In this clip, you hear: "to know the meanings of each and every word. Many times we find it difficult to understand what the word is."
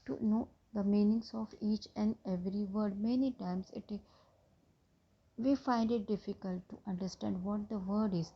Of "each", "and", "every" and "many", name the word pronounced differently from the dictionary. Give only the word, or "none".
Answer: none